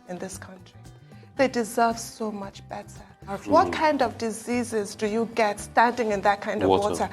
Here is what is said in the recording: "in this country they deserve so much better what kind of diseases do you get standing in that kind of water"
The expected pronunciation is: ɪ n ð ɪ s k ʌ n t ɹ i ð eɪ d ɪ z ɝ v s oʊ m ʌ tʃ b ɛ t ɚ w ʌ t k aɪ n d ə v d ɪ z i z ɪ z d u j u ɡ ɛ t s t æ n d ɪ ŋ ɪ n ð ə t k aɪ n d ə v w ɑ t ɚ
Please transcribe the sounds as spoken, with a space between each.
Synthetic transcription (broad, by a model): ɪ n ð ɪ s k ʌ n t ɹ i ð eɪ d ɪ z ɝ v s oʊ m ʌ tʃ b ɛ t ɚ w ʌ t k aɪ n d ə v d ɪ z i z ɪ z d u j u ɡ ɛ t s t æ n d ɪ ŋ ɪ n ð ə t k aɪ n d ə v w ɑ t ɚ